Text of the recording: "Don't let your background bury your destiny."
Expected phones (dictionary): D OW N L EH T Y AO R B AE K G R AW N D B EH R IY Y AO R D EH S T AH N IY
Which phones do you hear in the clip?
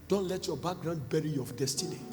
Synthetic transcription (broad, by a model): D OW N L EH T Y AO B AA K G R AW N D B EH R IY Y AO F D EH S T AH N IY